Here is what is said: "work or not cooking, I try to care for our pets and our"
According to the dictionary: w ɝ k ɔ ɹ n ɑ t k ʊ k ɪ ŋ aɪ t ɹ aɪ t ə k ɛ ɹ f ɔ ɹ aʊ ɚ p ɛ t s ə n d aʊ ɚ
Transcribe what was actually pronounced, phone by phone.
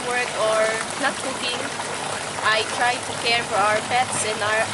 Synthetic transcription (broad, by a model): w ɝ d ɔ ɹ n ɑ t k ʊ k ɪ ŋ aɪ t ɹ aɪ t ə k ɛ ɹ f ɔ ɹ aʊ ɚ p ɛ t s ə n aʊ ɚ